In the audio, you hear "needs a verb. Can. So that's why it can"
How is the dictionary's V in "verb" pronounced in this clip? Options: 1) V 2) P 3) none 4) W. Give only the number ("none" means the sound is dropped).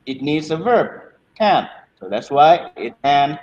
1